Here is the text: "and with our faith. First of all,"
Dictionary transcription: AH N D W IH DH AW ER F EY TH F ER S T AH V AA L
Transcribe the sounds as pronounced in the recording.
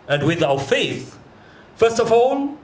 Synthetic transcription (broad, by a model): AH N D W IH DH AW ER F EY TH F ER S T AH V AA L